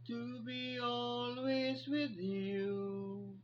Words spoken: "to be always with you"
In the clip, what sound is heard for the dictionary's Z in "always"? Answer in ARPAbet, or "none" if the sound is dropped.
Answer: Z